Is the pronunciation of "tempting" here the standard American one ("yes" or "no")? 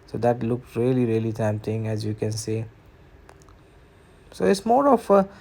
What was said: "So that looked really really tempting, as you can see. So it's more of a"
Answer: no